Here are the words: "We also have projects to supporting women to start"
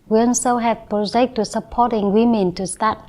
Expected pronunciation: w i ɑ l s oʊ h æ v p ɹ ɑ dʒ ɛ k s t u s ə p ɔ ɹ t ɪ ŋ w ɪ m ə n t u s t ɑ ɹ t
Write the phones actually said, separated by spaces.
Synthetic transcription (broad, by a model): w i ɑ n s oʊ h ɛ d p ɹ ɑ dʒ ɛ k t u s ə p ɔ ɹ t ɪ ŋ w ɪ m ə n t u s t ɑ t